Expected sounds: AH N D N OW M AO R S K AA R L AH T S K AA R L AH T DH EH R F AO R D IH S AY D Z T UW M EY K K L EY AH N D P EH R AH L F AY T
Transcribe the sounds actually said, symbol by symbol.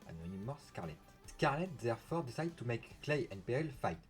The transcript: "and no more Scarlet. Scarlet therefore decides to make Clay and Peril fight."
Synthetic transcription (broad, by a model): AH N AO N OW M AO S K AA R L AH T S K AA R L AH T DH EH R F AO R D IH S AY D T UW M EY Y K L EY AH N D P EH AH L F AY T